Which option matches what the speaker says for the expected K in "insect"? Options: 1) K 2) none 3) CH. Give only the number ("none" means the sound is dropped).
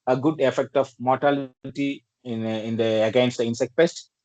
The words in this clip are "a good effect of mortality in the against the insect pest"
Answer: 1